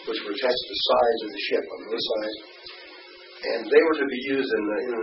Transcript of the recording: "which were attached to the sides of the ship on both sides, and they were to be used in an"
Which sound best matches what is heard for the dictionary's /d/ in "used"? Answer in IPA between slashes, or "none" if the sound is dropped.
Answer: /d/